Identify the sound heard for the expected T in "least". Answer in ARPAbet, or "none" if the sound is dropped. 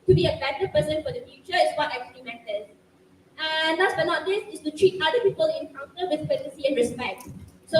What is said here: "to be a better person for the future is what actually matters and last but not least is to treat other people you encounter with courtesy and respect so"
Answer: none